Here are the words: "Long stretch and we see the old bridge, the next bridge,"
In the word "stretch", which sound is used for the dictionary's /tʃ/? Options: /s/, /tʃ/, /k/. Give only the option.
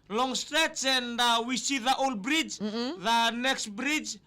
/s/